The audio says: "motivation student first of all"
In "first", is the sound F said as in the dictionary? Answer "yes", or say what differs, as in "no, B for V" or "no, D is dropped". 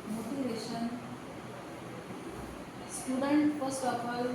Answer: no, P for F